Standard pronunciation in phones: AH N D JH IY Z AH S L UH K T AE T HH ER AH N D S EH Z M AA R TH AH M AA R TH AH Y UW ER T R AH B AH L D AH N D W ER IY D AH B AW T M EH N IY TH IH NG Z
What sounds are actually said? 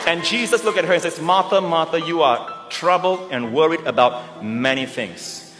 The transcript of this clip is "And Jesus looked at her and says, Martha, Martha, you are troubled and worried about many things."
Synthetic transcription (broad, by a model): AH N JH IY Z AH S L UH K EH T HH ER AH N S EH S M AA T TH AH M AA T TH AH Y UW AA T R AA B AH L D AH N W ER IY D AH B AW T M EH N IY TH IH NG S